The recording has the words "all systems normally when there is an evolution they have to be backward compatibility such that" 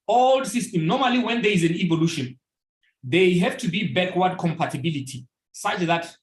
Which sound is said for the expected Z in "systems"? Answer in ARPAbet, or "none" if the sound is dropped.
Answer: none